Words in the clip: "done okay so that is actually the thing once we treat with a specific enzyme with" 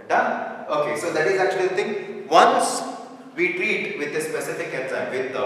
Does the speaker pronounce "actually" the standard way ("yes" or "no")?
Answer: yes